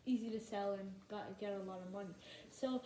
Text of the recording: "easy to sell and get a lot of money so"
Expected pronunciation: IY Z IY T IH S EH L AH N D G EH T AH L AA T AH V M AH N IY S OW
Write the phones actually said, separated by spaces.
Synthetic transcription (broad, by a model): IY Z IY T IH S EH L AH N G G EH T AH L AA T AH V M AH N IY S OW